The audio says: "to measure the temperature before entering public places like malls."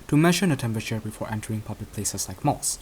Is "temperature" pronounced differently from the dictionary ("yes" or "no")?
no